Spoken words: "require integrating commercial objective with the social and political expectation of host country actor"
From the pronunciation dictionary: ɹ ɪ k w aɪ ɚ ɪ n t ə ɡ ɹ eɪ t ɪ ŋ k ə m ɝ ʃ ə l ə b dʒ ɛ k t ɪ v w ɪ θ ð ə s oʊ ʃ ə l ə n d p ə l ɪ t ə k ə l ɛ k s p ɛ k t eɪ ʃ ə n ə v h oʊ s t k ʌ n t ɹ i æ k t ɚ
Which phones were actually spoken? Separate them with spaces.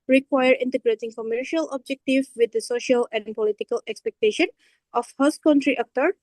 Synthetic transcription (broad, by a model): ɹ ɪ k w aɪ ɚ ɪ n t ə ɡ ɹ eɪ t ɪ ŋ k ə m ɝ ʃ ə l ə b dʒ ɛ k t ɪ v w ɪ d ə s oʊ ʃ ə l ə n d p ə l ɪ t ə k ə l ɛ k s p ɛ k t eɪ ʃ ə n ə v h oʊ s k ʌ n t ɹ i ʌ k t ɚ